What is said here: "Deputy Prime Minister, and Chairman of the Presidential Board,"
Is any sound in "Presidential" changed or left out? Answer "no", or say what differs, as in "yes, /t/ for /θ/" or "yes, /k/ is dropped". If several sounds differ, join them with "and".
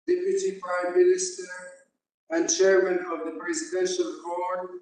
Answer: no